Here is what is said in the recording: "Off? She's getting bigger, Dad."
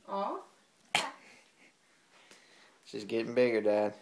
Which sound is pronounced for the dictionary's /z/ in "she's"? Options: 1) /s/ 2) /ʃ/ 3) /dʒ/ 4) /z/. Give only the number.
1